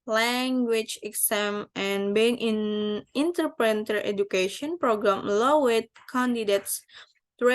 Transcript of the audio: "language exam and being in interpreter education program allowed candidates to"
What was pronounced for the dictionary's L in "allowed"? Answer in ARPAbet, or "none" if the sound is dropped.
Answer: W